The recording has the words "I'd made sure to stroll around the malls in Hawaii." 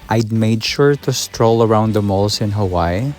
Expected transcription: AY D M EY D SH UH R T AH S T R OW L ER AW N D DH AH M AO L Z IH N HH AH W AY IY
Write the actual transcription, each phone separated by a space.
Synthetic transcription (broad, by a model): AY D M EY D SH UH R T AH S T R OW L ER AW N D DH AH M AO L S IH N HH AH W AY